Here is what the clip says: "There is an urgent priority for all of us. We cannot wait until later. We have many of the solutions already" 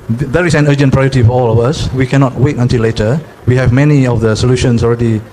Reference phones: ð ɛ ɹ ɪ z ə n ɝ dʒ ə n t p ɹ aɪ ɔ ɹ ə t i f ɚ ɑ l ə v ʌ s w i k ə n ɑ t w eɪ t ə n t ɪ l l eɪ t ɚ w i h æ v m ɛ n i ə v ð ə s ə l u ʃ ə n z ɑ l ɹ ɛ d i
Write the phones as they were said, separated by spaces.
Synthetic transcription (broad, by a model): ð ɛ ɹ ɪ s ə n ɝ dʒ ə n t p ɹ aɪ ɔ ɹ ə t i f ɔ ɑ l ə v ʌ s w i k ə n ɑ t w eɪ t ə n t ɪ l l eɪ t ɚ w i h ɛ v m ɛ n i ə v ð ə s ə l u ʃ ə n s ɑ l ɹ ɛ d i